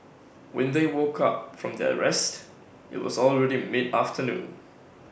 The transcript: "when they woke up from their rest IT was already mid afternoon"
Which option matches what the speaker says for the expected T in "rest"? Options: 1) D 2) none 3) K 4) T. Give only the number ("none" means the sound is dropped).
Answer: 4